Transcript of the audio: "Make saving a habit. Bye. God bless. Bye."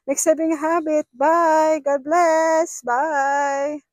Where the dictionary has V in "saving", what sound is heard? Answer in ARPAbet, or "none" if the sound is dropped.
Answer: B